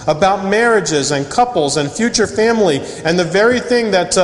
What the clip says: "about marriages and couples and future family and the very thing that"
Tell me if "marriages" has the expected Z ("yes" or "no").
yes